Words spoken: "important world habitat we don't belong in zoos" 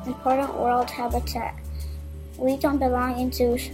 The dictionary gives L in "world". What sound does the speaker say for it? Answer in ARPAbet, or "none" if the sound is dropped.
L